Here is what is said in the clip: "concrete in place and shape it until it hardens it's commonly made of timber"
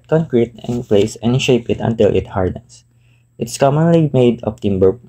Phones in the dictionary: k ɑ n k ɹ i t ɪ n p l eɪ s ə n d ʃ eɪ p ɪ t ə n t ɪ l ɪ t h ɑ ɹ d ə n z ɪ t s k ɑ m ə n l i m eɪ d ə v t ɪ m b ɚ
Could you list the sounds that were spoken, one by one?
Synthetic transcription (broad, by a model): k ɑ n k ɹ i t ɪ n p l eɪ s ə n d ʃ eɪ p ɪ t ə n t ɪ l ɪ t h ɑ ɹ d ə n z ɪ t s k ɑ m ə n l i m eɪ d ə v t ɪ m b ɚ